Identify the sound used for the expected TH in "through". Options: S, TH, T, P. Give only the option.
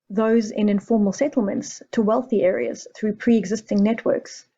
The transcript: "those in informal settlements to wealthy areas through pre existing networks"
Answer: TH